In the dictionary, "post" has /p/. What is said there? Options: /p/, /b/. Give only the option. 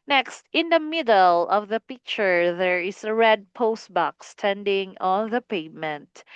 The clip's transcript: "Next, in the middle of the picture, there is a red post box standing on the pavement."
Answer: /p/